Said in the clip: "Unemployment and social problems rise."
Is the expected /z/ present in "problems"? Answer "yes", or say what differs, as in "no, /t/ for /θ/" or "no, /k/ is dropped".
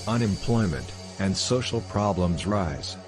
yes